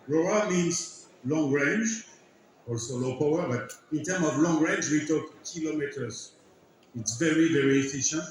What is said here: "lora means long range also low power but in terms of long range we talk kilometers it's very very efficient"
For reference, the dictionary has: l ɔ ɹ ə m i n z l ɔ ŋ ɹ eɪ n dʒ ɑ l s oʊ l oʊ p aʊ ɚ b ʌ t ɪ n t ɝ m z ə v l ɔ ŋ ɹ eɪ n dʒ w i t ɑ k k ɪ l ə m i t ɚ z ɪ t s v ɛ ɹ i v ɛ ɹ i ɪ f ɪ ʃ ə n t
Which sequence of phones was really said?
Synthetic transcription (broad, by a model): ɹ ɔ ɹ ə m i n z l ɔ ŋ ɹ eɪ n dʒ ɑ l s oʊ l oʊ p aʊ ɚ b ʌ t ɪ n t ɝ m ə v l ɔ ŋ ɹ eɪ n dʒ w i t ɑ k k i l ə m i t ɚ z ɪ t s v ɛ ɹ i v ɛ ɹ i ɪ f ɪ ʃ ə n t